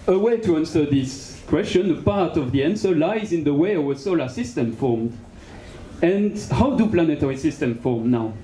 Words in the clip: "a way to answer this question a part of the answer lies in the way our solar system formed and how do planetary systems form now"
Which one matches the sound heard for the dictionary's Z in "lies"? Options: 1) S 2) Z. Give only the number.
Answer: 2